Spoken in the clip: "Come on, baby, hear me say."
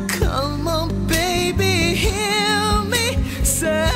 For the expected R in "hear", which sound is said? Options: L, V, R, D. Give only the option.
L